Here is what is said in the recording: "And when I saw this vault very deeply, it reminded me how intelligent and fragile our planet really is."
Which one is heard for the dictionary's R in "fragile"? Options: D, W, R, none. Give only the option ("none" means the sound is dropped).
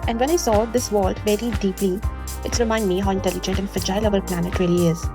none